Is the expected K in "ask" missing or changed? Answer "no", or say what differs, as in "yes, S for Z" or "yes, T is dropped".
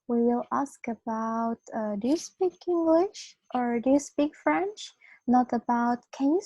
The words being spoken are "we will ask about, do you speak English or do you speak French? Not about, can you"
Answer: no